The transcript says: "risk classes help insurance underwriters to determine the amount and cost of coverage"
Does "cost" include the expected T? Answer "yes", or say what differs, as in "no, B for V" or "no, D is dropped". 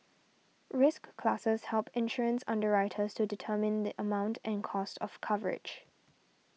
yes